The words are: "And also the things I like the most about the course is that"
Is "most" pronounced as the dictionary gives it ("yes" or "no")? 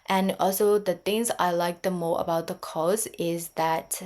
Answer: no